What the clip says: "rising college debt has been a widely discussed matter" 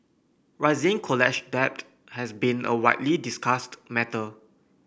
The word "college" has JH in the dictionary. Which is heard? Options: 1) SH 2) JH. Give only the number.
1